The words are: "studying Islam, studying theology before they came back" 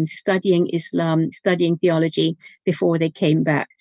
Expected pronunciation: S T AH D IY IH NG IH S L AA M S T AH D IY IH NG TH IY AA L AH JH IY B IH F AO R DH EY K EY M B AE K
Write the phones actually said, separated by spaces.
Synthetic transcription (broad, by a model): S T AH D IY IH NG IH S L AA M S T AH D IY IH NG TH IY AA L AH JH IY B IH F AO DH EY K EY M B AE K